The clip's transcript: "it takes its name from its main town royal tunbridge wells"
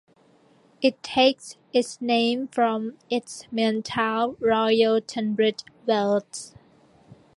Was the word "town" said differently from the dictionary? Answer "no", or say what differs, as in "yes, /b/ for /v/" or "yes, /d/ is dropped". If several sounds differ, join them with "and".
yes, /l/ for /n/